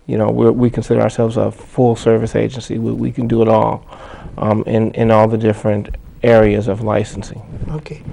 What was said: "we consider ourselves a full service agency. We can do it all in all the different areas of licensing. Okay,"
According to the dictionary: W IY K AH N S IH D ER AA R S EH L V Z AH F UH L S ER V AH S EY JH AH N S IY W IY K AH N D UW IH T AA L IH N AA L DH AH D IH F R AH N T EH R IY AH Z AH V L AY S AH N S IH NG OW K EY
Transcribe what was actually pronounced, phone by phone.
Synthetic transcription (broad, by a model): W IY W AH N S IH D ER AA R S EH L V Z AH F UH L S ER V AH S EY JH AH N S IY W IY K AH N D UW IH T AA L IH N AA L DH AH D IH F R AH N T EH R IY AH Z AH V L AY S N S IH NG OW K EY